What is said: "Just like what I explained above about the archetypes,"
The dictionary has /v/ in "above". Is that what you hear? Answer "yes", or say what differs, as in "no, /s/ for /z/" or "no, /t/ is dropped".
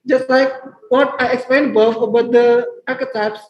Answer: no, /f/ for /v/